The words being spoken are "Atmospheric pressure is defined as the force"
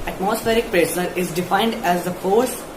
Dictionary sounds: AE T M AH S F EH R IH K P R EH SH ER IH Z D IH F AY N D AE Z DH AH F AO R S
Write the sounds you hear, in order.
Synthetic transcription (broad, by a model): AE T M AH S F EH R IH K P R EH S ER IH Z D IH F AY N D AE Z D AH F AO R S